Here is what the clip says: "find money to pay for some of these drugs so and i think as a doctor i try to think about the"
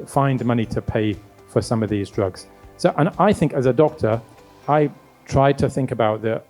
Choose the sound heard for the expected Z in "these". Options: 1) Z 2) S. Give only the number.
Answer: 1